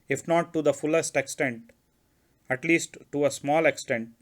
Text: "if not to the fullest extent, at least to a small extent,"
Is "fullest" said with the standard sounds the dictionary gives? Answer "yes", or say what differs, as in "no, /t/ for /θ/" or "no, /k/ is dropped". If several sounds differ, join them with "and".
yes